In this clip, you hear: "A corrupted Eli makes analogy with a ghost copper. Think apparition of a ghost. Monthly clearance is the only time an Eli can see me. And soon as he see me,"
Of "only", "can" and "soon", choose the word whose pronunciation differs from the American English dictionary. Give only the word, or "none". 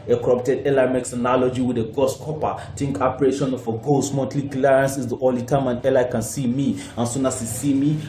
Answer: only